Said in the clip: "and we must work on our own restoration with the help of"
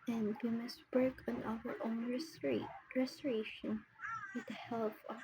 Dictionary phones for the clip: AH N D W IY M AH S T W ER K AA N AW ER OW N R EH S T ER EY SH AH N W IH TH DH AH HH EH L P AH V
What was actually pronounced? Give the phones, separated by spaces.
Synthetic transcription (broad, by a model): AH N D W IY M AH S T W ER K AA N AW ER OW N R EH S T ER EY SH AH N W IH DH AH HH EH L F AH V